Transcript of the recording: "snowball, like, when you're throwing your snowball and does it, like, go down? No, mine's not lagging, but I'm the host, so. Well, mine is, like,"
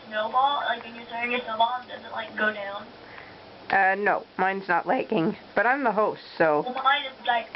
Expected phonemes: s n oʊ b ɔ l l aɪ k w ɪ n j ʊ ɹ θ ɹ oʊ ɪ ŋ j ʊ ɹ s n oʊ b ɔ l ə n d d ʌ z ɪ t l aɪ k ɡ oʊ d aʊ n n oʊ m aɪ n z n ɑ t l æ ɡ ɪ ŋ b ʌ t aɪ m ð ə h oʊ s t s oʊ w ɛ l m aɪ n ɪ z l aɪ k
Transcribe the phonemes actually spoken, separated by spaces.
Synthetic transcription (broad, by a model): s n oʊ b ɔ l l aɪ k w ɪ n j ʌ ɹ s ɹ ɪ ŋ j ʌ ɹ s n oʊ ʊ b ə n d d ʌ z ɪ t l aɪ k ɡ oʊ d aʊ n n oʊ m aɪ n z n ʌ t l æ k ɪ ŋ b ʌ t aɪ m ð ə h oʊ s t s oʊ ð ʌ m aɪ n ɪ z l aɪ k